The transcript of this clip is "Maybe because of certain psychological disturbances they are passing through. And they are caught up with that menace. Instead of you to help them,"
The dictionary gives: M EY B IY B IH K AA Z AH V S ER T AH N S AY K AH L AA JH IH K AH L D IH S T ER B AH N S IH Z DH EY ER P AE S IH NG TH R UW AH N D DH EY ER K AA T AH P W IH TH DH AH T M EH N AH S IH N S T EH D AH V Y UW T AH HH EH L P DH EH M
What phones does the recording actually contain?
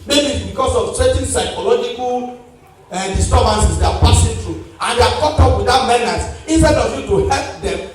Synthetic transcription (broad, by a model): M EY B IY B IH K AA S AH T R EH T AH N S AY K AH L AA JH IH K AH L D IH S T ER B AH N S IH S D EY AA P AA S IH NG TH R UW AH N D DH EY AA K AA T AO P W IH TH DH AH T M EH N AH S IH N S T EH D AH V Y UW T AH HH EH L P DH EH M